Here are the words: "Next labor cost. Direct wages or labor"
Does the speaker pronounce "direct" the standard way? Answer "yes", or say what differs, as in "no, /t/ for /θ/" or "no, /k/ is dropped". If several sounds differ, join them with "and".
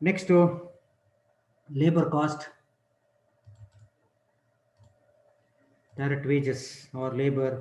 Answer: no, /k/ is dropped